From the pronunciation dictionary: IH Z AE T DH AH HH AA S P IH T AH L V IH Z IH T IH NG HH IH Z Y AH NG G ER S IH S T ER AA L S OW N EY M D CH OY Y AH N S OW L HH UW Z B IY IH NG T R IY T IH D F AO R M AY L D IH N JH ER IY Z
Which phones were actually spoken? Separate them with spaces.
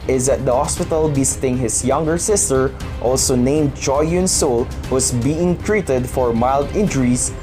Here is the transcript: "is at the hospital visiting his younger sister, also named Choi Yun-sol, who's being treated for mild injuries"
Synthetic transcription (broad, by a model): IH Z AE T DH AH HH AA S P IH T AH L B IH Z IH T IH NG HH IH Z Y AH NG G ER S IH S T ER AA L S OW N EY M D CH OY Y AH N S OW L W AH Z B IY IH NG T R IY T IH D F AO R M AY L D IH N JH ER IY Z